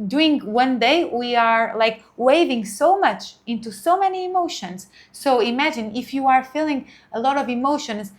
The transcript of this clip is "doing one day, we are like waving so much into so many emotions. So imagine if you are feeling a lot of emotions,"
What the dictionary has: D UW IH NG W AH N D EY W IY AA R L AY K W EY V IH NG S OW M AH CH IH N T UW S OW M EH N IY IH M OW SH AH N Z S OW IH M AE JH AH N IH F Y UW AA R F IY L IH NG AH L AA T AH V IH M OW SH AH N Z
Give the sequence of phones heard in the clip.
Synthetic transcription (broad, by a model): D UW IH NG W AH N D EY W IY AA R L AY K W EY V IH NG S OW M AH CH IH N T UW S OW M EH N IY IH M OW SH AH N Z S OW IH M AE JH AH N IH F Y UW AA R F IY L IH NG AH L AA T AH V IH M OW SH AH N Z